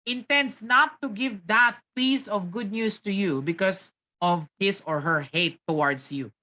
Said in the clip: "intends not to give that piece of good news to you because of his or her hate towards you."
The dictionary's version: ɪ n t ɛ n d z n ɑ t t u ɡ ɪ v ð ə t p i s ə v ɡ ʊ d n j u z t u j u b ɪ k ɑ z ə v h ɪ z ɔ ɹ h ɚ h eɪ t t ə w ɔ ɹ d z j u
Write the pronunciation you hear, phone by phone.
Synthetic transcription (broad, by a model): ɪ n t ɛ n d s n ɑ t t u ɡ ɪ v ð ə t p i s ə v ɡ ʊ d n j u s t u j u b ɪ k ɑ s ə v h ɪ s ɔ ɹ h ɚ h eɪ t t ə w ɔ ɹ d s j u